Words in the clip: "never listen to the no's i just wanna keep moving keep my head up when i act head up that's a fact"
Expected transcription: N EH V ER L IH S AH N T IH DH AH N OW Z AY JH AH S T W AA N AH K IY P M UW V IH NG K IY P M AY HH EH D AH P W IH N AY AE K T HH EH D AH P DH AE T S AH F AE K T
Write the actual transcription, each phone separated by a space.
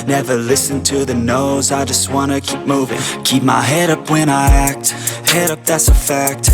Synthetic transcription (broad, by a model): N EH V ER L IH S AH N T IH DH AH N OW Z AY JH AH S T W AA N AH K IY P M UW V IH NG K IY P M AY HH EH D AH P W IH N AY AE K T HH EH D AH P DH AE T S AH F AE K T